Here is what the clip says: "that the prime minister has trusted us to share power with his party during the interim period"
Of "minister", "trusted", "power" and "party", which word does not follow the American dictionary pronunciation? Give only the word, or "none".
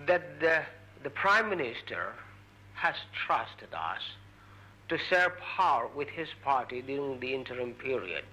none